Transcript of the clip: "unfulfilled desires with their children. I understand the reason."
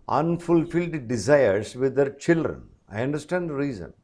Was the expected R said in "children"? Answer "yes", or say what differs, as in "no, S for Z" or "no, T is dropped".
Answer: yes